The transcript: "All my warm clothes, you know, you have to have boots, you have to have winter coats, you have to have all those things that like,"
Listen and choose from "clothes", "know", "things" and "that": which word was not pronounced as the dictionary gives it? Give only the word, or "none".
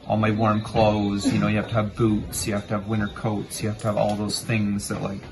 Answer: none